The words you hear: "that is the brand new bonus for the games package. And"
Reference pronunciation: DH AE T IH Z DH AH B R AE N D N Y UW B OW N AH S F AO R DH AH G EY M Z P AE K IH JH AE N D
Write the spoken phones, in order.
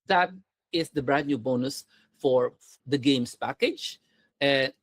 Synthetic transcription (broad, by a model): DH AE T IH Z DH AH B R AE D N Y UW B OW N AH S F AO R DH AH G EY M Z P AE K IH JH